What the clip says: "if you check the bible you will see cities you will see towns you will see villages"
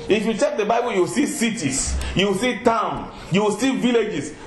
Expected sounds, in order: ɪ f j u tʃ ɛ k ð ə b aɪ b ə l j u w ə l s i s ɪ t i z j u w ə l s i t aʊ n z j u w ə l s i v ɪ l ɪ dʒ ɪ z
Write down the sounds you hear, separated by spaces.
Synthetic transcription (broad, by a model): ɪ f j u tʃ ɛ k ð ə b aɪ b ə l j u w ə l s i s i t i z j u w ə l s i t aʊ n j u w ə l s i v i l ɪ dʒ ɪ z